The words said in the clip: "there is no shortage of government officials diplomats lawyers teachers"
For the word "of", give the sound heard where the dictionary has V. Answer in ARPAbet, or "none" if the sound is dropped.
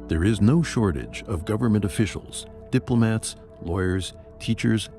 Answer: V